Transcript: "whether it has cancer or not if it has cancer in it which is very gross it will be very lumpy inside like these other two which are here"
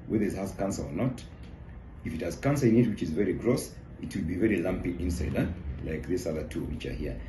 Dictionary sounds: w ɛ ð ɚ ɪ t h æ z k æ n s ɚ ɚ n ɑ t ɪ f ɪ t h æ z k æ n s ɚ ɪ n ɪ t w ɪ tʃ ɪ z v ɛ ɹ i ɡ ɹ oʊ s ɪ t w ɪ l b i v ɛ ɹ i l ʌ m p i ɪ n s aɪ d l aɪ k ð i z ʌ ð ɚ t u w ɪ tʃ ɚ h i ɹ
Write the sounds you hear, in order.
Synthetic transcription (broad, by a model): w ɛ ð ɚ ɪ t h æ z k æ n s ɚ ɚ n ɑ t ɪ f ɪ t h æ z k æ n s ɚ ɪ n ɪ t w ɪ tʃ ɪ z v ɛ ɹ i ɡ ɹ oʊ s ɪ t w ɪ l b i v ɛ ɹ i l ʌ m p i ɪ n s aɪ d l aɪ k ð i s ʌ ð ɚ t u w ɪ tʃ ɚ h i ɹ